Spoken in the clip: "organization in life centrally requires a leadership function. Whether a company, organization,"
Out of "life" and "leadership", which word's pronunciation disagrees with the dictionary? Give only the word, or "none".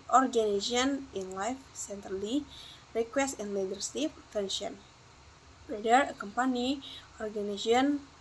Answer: leadership